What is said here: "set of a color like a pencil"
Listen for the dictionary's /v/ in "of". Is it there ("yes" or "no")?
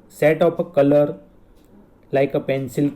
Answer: no